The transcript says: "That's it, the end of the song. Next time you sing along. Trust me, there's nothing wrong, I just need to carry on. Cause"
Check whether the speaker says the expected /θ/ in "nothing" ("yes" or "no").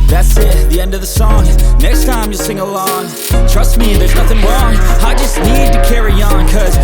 yes